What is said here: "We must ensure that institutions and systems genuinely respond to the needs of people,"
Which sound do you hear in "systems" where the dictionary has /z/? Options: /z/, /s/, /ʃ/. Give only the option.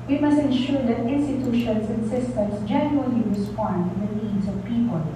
/s/